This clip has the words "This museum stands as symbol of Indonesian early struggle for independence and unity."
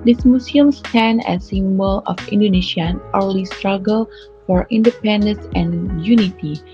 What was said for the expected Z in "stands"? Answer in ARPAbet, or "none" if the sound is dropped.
none